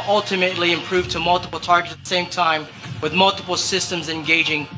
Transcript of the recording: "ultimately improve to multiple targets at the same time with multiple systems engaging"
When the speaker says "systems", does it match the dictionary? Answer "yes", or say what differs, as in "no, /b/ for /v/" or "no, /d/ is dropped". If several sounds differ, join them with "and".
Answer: yes